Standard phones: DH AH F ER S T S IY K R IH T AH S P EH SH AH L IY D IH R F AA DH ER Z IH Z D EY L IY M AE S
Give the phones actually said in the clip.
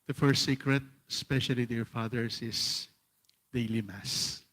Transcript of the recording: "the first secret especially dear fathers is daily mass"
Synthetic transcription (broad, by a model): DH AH F ER S T S IY K R IH T AH S P EH SH AH L IY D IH R F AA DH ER S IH S D EY L IY M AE S